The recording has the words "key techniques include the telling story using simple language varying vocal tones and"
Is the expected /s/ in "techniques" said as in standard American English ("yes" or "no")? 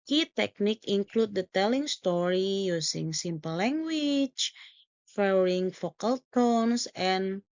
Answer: no